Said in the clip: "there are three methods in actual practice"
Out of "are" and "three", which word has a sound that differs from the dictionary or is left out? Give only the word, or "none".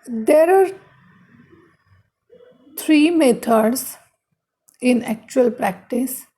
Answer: three